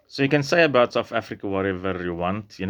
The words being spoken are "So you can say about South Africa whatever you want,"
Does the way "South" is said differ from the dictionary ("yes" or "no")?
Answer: yes